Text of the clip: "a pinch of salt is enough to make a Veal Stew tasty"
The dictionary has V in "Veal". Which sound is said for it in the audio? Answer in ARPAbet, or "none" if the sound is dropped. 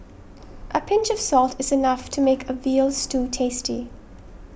V